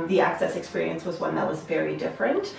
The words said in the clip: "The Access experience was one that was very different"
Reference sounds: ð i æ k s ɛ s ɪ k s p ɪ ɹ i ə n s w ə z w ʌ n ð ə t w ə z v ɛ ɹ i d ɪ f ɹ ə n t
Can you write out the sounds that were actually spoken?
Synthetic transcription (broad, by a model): ð i æ k s ɛ s ɪ k s p ɪ ɹ i ə n s w ə z w ʌ n ð ə t w ə z v ɛ ɹ i d ɪ f ɹ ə n t